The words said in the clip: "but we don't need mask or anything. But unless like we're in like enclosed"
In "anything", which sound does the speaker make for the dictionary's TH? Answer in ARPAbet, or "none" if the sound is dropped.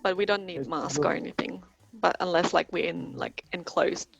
TH